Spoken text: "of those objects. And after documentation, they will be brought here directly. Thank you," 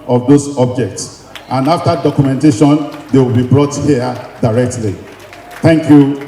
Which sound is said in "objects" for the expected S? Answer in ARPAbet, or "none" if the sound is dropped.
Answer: S